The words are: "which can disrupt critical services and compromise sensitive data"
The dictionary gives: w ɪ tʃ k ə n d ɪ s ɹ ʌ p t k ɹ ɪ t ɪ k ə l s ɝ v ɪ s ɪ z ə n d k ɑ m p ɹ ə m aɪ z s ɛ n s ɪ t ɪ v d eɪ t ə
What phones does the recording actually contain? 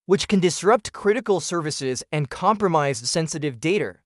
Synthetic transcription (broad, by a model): w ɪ tʃ k ə n d ɪ s ɹ ʌ p t k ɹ ɪ t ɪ k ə l s ɝ v ɪ s ɪ z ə n k ɑ m p ɹ ə m aɪ z s ɛ n s ɪ t ɪ v d eɪ t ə